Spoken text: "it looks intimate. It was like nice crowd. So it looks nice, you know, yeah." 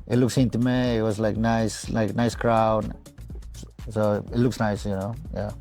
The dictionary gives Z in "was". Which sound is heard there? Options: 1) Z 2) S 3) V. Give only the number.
2